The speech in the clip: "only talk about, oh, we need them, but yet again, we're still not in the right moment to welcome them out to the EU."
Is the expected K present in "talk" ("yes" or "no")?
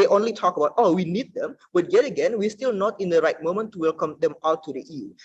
yes